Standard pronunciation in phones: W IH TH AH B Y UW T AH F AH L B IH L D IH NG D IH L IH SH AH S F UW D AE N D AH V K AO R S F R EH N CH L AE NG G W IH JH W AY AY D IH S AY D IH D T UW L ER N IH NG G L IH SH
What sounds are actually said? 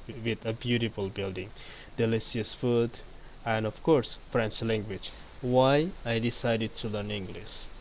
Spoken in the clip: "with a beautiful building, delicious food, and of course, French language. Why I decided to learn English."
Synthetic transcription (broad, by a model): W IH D AH B Y UW T AH F AH L B IH L D IH NG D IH L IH S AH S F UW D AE N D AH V K AO R S F R EH N CH L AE NG G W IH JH W AY AY D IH S AY D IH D T UW L ER N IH NG G L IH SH